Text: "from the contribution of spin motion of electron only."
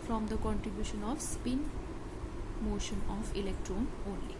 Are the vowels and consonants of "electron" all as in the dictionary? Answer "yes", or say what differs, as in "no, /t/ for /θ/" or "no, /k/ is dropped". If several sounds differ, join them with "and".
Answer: yes